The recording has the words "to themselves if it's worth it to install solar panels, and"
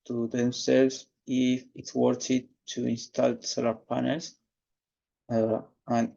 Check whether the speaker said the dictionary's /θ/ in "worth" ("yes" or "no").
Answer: no